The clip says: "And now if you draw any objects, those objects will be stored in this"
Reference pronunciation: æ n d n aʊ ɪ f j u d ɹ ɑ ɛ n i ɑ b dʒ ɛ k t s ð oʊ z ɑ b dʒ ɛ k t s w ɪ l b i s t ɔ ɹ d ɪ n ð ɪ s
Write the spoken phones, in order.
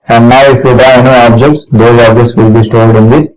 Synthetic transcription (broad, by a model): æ n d n aʊ ɪ f j u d ɑ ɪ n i ɑ b dʒ ɛ k t s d oʊ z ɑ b dʒ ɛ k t s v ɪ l b i s t ɔ l d ɪ n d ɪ s